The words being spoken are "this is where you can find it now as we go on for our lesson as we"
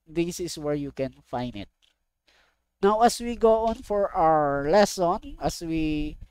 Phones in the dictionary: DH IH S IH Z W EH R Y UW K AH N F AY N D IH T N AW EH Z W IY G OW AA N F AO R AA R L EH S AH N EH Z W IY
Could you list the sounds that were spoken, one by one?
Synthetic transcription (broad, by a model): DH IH S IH S W EH R Y UW K AH N F AY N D IH T N AW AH S W IY G OW AA N F AO R AA R L EH S AH N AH S W IY